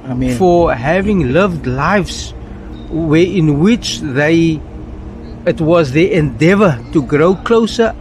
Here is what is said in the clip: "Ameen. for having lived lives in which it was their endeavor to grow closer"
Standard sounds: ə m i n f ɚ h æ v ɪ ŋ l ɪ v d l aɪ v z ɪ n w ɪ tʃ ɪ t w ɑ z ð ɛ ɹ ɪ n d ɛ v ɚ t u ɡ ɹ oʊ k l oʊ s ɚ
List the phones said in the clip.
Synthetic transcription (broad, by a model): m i f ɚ h æ v ɪ ŋ l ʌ v d l aɪ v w ɪ n w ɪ tʃ ɪ t w ɑ z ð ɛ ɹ ɪ n d ɛ v ɚ t u ɡ ɹ oʊ k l oʊ s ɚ